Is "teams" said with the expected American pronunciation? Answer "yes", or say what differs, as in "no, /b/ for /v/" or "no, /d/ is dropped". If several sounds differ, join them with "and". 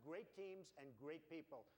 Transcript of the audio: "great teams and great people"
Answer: yes